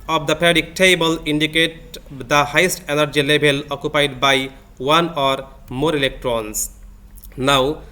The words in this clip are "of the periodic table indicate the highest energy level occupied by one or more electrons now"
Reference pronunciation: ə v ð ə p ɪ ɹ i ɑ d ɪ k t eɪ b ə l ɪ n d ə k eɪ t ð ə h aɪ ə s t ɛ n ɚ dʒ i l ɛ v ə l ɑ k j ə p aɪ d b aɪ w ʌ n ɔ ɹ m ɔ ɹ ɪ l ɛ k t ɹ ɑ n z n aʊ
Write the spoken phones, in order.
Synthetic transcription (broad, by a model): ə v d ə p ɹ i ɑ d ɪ k t eɪ b ə l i n d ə k eɪ t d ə h aɪ ə s t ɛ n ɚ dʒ i l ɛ b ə l ɑ k j ə p aɪ d b aɪ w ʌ n ɔ ɹ m ɔ ɹ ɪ l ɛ k t ɹ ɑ n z n aʊ